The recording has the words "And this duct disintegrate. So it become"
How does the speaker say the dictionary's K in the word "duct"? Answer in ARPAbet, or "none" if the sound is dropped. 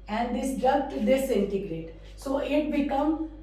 none